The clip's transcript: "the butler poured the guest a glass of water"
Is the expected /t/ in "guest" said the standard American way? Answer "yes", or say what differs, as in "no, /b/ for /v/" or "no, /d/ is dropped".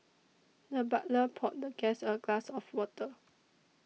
no, /t/ is dropped